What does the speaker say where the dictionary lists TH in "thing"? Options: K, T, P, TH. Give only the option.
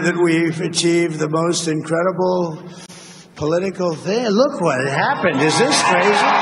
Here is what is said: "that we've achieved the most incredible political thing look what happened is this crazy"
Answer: TH